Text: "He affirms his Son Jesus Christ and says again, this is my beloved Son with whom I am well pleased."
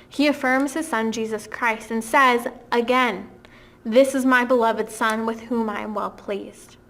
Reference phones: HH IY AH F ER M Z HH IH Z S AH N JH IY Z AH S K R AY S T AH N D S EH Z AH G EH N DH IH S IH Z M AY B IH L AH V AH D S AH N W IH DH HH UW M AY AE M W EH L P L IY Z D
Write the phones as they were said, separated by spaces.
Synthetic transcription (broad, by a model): HH IY AH F ER M Z HH IH Z S AH N JH IY Z AH S K R AY S T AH N S EH Z AH G EH N DH IH S IH Z M AY B IH L AH V AH D S AH N W IH DH HH UW M AY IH M W EH L P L IY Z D